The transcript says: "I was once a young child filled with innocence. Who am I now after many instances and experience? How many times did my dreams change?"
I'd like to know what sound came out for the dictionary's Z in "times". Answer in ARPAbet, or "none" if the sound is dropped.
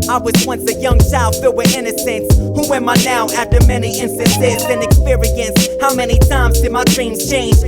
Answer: Z